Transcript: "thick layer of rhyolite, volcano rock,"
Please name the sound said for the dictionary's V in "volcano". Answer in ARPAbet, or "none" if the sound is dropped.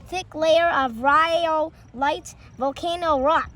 V